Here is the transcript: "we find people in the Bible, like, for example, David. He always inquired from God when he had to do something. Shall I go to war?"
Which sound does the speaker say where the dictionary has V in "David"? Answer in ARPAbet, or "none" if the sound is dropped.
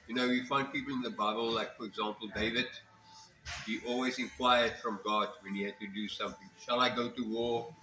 V